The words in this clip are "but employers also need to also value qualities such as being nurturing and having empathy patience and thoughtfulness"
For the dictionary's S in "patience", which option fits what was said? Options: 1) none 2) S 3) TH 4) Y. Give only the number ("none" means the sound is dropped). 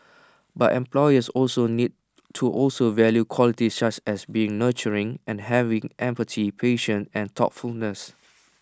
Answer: 1